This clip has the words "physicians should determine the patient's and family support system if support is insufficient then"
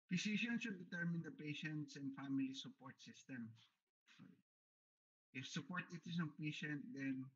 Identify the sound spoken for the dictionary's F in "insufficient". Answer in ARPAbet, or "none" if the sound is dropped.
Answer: P